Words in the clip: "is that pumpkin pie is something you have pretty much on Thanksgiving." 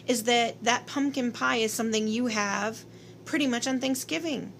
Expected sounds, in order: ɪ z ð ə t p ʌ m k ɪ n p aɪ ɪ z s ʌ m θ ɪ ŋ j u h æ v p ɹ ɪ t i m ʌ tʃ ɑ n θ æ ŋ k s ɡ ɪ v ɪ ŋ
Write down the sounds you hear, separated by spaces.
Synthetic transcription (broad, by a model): ɪ z ð ə t p ʌ m k ɪ n p aɪ ɪ z s ʌ m θ ɪ ŋ j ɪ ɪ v p ɹ ɪ t i m ʌ tʃ n θ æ ŋ k s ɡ ɪ v ɪ ŋ